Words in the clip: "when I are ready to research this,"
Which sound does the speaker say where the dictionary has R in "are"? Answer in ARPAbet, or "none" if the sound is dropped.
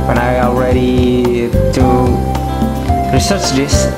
L